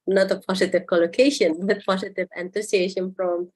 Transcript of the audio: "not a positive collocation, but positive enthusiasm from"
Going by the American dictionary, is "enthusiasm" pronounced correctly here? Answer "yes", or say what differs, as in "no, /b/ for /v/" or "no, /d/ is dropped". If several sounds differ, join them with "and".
no, /t/ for /θ/ and /s/ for /z/